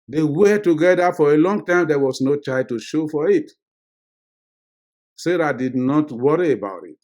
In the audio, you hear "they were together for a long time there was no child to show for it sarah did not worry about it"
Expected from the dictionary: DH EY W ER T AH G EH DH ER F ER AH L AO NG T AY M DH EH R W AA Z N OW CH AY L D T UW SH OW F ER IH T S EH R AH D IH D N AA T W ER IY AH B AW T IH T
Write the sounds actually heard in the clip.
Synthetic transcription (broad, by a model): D EY W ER T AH G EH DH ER F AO AH L AO NG T AY M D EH W AA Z N OW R AY D T UW SH OW F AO IH T S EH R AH D IH D N AA T W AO IY AH B AW T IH T